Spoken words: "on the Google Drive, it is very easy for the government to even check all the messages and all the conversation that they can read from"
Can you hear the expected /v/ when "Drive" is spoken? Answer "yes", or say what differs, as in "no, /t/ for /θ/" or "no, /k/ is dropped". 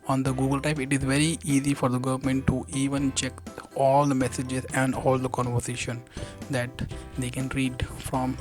no, /p/ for /v/